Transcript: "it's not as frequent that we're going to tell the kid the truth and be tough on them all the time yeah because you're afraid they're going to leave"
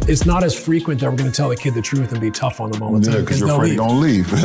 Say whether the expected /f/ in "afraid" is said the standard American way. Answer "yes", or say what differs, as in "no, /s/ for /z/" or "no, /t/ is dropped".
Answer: no, /f/ is dropped